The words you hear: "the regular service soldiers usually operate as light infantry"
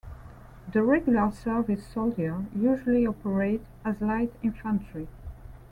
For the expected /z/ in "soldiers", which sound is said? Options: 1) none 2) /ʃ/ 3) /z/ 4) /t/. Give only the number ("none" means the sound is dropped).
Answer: 1